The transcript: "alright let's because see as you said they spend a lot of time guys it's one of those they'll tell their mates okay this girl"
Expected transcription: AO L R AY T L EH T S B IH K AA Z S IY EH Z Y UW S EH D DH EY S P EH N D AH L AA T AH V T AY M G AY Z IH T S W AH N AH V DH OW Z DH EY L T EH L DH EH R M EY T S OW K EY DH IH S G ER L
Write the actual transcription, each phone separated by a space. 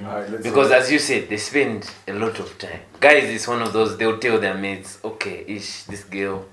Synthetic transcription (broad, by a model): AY B IH K AA Z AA Z Y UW S EH D DH EY S P EH N D AH L AA T AH V T AY M G AY Z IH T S W AH N AH V DH OW Z DH EY L T EH L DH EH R M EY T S OW K EY DH IH S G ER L